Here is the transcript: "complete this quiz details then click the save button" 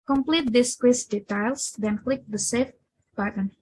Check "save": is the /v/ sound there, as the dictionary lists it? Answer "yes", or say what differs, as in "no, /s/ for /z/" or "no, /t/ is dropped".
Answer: no, /f/ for /v/